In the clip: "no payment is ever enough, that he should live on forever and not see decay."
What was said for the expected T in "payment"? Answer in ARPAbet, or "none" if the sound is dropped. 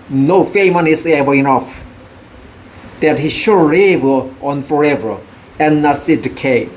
none